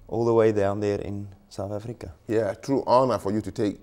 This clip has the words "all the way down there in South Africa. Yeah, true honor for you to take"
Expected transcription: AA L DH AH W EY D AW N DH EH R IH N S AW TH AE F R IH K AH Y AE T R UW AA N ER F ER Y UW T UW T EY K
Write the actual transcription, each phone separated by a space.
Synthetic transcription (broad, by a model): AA L DH AH W EY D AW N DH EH R IH N S AW TH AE F R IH K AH Y AE T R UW AA N ER F ER Y UW T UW T EY K